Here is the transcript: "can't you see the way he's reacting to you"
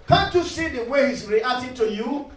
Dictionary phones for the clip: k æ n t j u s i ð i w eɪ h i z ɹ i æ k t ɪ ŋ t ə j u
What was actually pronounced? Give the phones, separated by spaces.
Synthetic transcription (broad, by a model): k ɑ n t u s i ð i w eɪ h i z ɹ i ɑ t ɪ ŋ t ə j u